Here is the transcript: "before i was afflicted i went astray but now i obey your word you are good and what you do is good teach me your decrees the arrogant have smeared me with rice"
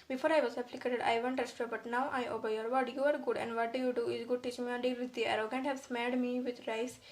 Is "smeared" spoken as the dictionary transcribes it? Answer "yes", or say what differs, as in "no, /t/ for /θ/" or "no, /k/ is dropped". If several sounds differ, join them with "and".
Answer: no, /l/ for /ɹ/